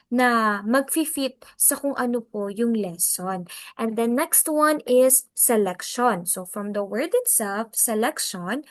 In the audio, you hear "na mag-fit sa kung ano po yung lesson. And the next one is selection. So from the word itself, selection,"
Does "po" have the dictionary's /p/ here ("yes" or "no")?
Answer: yes